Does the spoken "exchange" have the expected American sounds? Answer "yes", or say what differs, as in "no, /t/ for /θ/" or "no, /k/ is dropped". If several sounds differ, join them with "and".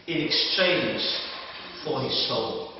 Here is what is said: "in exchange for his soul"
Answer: no, /z/ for /dʒ/